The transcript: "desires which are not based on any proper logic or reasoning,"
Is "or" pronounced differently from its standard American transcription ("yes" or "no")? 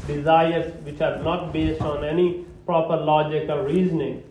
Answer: yes